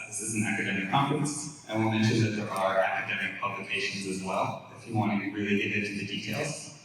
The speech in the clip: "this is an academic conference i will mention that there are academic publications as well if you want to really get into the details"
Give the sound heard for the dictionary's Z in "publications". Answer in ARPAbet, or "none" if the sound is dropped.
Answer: Z